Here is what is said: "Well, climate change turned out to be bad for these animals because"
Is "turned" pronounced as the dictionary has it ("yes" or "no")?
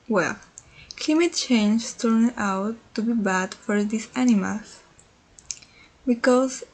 no